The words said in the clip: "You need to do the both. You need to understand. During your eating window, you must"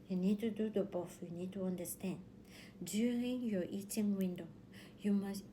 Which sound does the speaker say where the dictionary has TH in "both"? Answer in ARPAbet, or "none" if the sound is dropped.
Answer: F